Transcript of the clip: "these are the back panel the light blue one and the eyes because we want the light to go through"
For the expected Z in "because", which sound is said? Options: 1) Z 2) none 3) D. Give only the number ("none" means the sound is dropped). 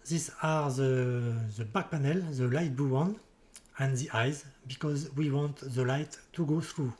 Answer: 1